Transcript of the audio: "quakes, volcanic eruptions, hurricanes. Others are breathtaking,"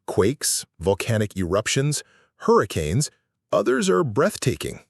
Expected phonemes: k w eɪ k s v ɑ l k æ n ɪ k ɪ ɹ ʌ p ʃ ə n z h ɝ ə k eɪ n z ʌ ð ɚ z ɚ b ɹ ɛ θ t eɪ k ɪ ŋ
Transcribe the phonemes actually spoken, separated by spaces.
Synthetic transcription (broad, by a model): k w eɪ k s v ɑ l k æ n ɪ k ɪ ɹ ʌ p ʃ ə n z h ɝ ə k eɪ n z ʌ ð ɚ z ɚ b ɹ ɛ θ t eɪ k ɪ ŋ